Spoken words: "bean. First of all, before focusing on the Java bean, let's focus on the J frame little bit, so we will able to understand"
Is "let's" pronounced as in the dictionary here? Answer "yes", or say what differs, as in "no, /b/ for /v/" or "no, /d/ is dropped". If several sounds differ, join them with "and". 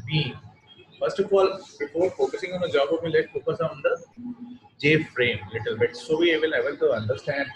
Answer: no, /s/ is dropped